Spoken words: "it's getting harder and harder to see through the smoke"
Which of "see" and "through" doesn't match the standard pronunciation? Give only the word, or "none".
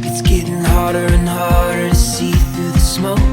through